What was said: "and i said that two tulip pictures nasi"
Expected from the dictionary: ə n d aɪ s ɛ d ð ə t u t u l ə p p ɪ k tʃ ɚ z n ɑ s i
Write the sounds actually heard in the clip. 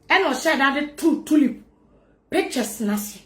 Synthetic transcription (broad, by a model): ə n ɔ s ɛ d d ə t u t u l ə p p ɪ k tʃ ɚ s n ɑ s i